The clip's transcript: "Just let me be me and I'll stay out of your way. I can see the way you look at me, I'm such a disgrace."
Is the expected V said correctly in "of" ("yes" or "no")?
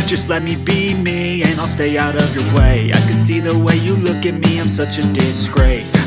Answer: yes